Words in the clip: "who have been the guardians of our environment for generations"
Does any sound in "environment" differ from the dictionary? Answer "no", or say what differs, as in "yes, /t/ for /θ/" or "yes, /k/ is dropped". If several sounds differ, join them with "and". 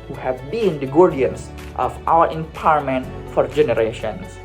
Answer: yes, /ɹ/ is dropped and /n/ is dropped